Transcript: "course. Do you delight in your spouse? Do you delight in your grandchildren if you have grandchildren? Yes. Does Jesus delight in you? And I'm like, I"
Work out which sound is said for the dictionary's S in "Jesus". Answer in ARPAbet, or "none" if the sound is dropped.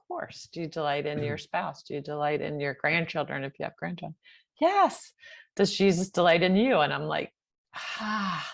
S